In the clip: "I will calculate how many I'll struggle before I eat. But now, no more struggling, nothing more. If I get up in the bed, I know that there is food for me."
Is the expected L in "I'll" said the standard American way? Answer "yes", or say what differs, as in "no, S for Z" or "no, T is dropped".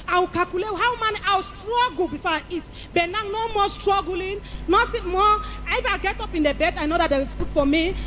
no, W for L